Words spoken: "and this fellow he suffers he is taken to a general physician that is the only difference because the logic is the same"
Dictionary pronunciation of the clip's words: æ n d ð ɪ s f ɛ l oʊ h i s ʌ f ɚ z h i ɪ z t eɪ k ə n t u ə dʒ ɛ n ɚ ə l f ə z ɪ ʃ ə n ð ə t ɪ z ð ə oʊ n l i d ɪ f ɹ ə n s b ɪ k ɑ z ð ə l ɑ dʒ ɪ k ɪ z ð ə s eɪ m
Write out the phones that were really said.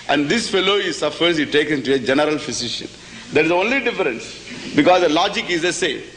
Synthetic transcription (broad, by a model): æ n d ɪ s f ɛ l oʊ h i s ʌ f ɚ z h i t eɪ k ə n t u ə dʒ ɛ n ɚ ə l f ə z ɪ ʃ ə n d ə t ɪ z oʊ n l i d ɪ f ɹ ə n s b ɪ k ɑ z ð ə l ɑ dʒ ɪ k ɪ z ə s eɪ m